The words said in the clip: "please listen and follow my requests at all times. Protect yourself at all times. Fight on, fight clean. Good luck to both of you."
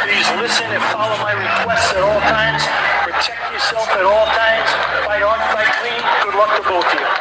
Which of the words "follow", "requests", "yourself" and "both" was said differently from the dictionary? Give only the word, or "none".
both